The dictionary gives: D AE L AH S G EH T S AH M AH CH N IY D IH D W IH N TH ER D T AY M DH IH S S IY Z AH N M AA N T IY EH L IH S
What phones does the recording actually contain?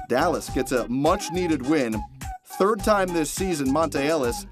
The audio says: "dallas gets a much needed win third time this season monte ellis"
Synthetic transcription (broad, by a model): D AE L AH S G EH T S AH M AH CH N IY D IH D W IH N TH ER D T AY M DH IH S S IY Z AH N M AA N T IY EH L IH S